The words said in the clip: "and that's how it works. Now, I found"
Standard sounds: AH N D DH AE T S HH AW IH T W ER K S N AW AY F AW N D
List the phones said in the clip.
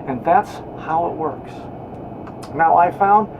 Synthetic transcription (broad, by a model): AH N DH AE T S HH AW IH T W ER K S N AW AY F AW N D